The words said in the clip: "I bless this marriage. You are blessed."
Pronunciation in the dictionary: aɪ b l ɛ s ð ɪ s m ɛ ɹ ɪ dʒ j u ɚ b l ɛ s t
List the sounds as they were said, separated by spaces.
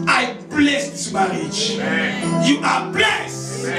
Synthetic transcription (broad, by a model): aɪ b l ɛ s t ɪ m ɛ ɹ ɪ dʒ j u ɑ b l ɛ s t